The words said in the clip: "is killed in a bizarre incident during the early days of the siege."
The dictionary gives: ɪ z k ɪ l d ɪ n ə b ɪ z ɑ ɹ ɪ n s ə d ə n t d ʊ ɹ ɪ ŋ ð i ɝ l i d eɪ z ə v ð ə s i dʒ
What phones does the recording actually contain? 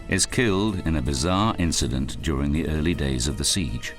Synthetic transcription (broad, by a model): ɪ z k ɪ l d ɪ n ə b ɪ z ɑ ɹ ɪ n s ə d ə n d ʊ ɹ ɪ ŋ ð i ɝ l i d eɪ z ə v ð ə s i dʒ